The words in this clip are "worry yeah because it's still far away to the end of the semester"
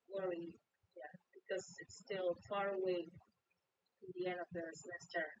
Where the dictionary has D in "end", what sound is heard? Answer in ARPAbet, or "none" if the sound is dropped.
none